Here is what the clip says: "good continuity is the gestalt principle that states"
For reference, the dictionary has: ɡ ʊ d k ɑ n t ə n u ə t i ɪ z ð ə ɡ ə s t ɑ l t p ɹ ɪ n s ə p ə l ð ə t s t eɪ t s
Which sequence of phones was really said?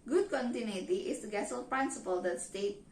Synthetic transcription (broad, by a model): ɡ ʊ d k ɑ n t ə n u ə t i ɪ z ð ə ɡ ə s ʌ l p ɹ ɪ n s ə p ə l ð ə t s t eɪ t